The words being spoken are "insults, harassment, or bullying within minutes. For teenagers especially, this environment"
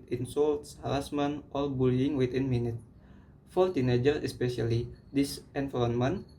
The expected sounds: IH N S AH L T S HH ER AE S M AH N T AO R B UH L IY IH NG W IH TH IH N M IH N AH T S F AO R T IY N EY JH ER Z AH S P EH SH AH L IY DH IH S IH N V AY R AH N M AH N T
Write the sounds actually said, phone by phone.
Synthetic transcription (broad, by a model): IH N S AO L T S HH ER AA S M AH N T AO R B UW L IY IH NG W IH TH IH N M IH N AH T F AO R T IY N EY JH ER AH S P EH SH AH L IY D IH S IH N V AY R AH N M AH N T